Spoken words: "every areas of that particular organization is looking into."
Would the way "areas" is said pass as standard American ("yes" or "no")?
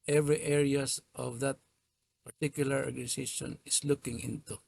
no